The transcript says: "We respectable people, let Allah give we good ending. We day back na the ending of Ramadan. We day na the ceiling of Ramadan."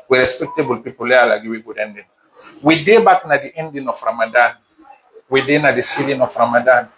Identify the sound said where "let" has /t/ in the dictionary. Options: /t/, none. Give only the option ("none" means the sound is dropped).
none